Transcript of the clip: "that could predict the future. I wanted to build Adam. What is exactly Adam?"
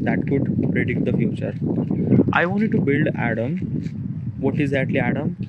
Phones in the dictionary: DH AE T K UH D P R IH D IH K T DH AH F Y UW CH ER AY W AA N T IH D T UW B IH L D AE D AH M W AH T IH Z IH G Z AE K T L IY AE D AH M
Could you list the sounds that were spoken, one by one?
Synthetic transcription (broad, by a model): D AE T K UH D P R IH D IH K T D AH F Y UW CH ER AY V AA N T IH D T UW B IH L D AE D AH M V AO T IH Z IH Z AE T L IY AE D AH M